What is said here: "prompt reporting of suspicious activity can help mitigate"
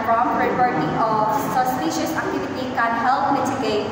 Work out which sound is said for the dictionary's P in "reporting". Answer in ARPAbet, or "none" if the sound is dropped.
B